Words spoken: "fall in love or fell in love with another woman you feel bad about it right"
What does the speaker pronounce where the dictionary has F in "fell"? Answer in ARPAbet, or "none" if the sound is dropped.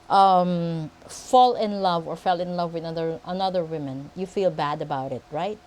F